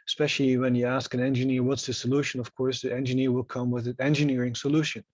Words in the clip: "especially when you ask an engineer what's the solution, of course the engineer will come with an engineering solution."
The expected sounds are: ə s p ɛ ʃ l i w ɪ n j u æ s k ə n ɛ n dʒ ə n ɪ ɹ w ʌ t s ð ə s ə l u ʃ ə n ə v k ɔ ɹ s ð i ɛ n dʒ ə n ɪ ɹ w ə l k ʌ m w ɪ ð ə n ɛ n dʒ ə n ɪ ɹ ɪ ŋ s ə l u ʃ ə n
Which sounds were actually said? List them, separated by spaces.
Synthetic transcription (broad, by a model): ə s p ɛ ʃ l i w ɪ n j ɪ æ s k ə n ɛ n dʒ ə n ɪ ɹ w ʌ t s ð ə s ə l u ʃ ə n ə v k ɔ ɹ s ð i ɛ n dʒ ə n ɪ ɹ w ə l k ʌ m w ɪ ð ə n ɛ n dʒ ə n ɪ ɹ ɪ ŋ s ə l u ʃ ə n